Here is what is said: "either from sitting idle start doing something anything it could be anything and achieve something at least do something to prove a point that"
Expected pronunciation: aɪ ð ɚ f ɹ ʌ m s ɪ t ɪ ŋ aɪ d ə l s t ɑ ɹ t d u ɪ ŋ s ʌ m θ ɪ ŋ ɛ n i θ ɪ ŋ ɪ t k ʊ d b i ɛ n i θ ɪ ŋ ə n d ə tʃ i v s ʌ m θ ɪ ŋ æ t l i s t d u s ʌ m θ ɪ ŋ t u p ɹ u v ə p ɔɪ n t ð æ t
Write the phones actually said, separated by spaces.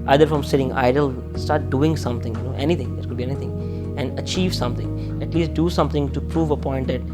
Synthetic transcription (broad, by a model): aɪ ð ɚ f ɹ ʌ m s ɪ t ɪ ŋ aɪ d ə l s t ɑ ɹ t d u ɪ ŋ s ʌ m t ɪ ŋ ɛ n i t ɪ ŋ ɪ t k ʊ d b i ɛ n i t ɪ ŋ ə n d ə tʃ i v s ʌ m t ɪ ŋ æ t l i s t d u s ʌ m t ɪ ŋ t u p ɹ u v ə p ɔɪ n t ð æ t